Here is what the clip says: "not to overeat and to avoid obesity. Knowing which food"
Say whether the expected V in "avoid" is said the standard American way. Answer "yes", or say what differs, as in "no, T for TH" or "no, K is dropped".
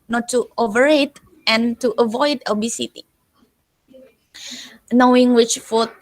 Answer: yes